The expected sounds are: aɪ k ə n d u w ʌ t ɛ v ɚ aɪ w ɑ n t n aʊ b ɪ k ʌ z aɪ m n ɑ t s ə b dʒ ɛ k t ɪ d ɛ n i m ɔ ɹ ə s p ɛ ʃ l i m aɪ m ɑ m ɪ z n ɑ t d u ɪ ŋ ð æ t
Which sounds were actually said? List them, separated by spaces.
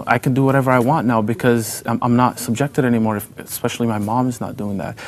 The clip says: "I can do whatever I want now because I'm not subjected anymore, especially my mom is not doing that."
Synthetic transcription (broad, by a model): aɪ k ə n d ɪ w ʌ t ɛ v ɚ aɪ w ɑ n n aʊ b ɪ k ʌ z aɪ m n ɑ t s ə b dʒ ɛ k t ɪ d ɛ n i m ɔ ɹ ə s p ɛ ʃ l i m aɪ m ɑ m ɪ z n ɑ t d u ɪ ŋ ð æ t